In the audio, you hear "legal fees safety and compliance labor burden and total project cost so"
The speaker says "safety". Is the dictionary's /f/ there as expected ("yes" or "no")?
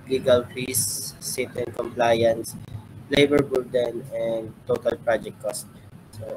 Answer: no